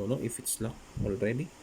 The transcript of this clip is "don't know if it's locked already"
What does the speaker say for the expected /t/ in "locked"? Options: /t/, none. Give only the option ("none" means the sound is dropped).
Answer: none